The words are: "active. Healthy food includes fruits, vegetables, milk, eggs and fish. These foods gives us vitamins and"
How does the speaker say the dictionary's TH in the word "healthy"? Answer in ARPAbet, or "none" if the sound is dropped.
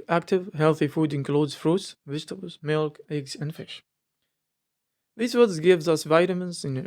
TH